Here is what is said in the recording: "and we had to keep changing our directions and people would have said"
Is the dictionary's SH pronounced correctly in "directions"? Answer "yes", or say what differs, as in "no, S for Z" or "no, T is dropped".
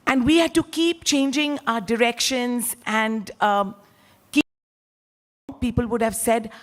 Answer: yes